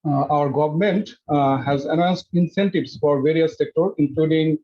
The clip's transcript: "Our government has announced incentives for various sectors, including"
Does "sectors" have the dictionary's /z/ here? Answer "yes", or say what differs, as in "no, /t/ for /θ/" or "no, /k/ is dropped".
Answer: no, /z/ is dropped